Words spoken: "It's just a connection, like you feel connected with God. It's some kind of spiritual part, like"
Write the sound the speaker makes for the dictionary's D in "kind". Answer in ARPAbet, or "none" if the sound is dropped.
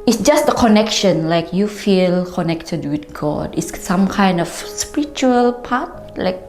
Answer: D